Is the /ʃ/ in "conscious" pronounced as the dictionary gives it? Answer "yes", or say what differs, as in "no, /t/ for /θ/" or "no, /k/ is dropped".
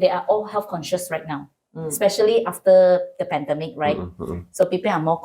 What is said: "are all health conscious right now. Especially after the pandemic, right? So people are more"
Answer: yes